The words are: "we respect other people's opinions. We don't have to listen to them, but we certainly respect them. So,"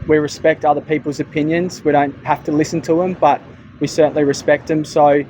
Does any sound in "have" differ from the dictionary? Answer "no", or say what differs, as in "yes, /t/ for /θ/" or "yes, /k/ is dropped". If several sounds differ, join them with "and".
yes, /f/ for /v/